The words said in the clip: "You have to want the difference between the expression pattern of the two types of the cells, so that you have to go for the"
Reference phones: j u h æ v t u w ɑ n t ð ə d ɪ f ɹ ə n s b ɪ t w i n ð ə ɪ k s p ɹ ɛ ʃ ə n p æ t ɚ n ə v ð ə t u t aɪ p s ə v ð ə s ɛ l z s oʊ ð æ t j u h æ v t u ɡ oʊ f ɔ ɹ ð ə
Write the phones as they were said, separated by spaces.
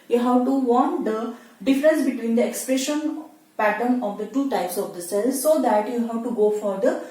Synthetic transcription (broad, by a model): j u h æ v t u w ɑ n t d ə d ɪ f ɹ ə n s b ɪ t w i n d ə ɪ k s p ɹ ɛ ʃ ə n p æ t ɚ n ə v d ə t u t aɪ p s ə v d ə s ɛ l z s oʊ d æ t j u h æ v t u ɡ oʊ f ɔ ɹ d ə